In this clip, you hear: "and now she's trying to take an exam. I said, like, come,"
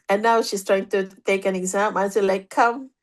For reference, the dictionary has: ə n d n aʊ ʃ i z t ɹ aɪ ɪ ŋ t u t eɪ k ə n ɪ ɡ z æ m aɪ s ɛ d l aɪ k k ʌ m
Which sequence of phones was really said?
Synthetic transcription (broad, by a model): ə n n aʊ ʃ i s t ɹ aɪ ɪ ŋ t u t eɪ k ə n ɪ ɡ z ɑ m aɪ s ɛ l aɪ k k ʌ m